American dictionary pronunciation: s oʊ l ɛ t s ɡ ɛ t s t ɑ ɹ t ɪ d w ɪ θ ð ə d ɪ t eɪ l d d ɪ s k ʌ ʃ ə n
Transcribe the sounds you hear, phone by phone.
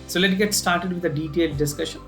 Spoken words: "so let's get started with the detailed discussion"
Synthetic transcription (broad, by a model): s oʊ l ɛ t ɡ ɛ t s t ɑ ɹ t ɪ d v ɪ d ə d ɪ t eɪ l d d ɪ s k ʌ ʃ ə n